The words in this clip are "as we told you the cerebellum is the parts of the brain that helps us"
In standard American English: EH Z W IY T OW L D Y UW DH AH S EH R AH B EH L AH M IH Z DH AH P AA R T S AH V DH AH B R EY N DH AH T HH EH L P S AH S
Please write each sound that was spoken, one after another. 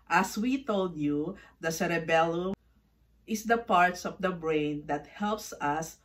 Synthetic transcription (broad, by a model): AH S W IY T OW L D Y UW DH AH S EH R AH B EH L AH IH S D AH P AA R T S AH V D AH B R EY N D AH T HH EH L P S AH S